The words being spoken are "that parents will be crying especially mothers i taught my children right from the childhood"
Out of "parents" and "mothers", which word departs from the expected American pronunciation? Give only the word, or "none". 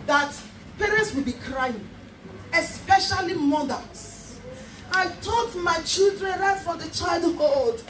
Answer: mothers